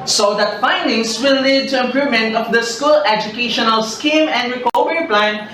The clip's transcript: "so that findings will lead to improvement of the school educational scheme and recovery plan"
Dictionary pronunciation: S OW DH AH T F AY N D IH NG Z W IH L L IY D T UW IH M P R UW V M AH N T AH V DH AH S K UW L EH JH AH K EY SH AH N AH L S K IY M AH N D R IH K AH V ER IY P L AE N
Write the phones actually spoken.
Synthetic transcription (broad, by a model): S OW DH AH T F AY N D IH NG S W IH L L IY D T UW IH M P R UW M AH N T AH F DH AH S K UW L EH JH AH K EY SH AH N AH L S K IY M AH N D R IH K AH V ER IY P L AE N